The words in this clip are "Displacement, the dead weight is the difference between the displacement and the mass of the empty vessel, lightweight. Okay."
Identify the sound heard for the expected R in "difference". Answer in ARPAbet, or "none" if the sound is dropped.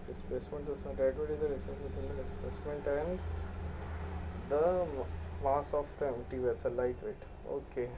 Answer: none